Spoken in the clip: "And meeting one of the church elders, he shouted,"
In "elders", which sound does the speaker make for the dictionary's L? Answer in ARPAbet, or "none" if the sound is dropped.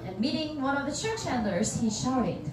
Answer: N